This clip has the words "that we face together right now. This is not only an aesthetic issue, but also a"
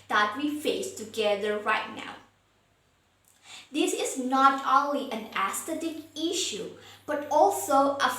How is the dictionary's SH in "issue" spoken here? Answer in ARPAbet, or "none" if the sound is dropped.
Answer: SH